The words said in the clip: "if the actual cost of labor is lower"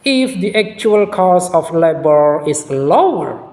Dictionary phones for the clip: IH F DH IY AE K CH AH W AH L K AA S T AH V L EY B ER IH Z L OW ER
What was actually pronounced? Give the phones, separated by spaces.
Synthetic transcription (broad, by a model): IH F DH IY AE K CH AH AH L K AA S AH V L EY B ER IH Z L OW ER